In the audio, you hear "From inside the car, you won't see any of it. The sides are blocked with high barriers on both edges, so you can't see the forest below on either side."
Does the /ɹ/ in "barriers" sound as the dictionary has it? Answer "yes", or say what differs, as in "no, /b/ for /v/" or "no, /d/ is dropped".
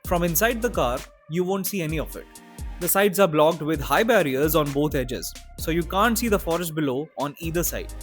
yes